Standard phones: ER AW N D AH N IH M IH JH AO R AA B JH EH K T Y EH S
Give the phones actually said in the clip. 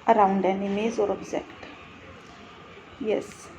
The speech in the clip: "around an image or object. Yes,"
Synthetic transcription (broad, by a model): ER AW N D AH N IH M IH Z AO R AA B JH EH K T Y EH S